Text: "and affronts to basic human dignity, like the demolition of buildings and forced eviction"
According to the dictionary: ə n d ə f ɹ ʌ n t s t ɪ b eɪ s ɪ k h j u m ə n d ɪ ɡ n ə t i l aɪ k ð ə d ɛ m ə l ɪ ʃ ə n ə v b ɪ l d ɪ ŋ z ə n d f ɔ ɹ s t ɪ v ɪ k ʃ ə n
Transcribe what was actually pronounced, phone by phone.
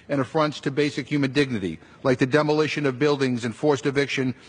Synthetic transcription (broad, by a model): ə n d ə f ɹ ʌ n t s t ɪ b eɪ s ɪ k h j u m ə n d ɪ ɡ n ə t i l aɪ k ð ə d ɛ m ə l ɪ ʃ ə n ə v b ɪ l d ɪ ŋ z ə n f ɔ ɹ s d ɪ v ɪ k ʃ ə n